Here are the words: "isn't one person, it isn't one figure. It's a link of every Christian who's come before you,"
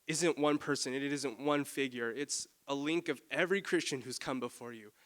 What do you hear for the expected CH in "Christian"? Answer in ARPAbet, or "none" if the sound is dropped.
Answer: CH